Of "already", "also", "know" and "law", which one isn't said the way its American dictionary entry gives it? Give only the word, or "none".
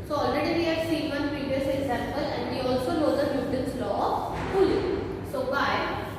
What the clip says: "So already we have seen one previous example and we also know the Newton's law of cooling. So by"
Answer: know